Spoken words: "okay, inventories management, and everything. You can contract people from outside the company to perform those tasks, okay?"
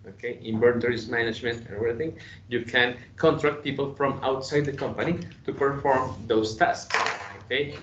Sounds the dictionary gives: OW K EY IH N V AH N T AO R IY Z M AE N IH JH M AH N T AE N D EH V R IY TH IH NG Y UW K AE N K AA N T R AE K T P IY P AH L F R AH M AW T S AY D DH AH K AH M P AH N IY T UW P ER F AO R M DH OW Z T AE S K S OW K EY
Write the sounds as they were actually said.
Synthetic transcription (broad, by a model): OW K EY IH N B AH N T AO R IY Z M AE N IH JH M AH N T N EH V R IY TH IH NG Y UW K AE N K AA N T R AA K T P IY P AH L F R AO M AW T S AY D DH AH K AH M P AH N IY T UW P ER F AO R M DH OW S T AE S K S OW K EY